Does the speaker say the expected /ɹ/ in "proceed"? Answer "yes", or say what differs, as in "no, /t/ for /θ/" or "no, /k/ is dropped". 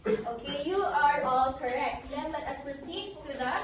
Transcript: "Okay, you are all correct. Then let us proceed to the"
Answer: no, /ɹ/ is dropped